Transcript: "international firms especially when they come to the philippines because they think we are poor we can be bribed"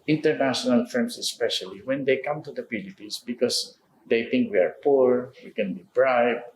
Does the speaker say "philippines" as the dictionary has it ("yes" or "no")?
no